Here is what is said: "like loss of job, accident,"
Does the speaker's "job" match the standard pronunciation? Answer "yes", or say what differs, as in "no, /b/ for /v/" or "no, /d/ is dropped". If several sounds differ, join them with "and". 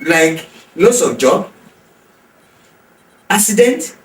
no, /b/ is dropped